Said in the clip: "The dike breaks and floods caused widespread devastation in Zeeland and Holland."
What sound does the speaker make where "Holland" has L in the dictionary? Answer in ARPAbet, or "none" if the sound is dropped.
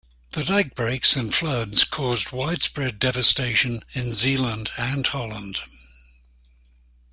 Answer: L